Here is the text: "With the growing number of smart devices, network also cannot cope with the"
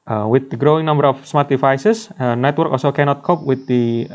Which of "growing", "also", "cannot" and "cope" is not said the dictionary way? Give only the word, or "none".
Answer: none